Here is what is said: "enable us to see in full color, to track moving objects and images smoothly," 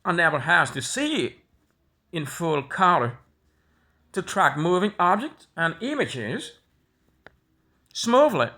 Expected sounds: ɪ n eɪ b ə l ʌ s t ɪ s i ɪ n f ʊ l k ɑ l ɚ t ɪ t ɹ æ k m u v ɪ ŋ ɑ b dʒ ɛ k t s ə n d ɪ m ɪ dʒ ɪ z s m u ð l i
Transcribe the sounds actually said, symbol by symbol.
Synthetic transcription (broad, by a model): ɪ n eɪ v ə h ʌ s t ɪ s i ɪ n f ʊ l k ɑ l ɚ t ɪ t ɹ æ k m u v ɪ ŋ ɑ b dʒ ɛ k t s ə n ɪ m ɪ dʒ ɪ z s m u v l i